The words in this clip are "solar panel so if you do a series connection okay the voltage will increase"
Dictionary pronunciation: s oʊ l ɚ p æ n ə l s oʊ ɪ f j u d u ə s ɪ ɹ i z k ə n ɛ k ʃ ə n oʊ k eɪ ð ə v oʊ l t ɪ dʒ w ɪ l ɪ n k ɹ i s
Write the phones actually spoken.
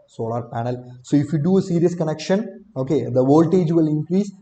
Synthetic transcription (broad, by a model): s oʊ l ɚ p æ n ə l s oʊ ɪ f j u d u ə s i ɹ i s k ə n ɛ k ʃ ə n oʊ k eɪ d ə v oʊ l t ɪ dʒ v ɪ l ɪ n k ɹ i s